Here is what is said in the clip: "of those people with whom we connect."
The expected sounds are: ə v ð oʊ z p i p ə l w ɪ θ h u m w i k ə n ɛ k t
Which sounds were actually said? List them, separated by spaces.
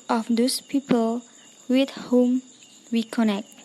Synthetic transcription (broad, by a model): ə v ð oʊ s p i p ə l w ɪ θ h u m w i k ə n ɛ k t